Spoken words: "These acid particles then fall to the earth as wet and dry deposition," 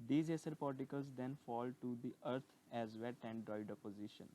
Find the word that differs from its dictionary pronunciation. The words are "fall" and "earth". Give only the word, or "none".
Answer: earth